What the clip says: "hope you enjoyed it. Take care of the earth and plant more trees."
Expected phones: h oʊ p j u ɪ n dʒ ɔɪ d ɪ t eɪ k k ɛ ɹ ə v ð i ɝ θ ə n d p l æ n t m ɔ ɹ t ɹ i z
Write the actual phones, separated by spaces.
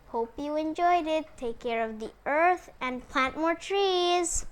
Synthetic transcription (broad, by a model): h oʊ p j u ɪ n dʒ ɔɪ d ɪ t eɪ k k ɛ ɹ ə v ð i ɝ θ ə n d p l æ n t m ɔ ɹ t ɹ i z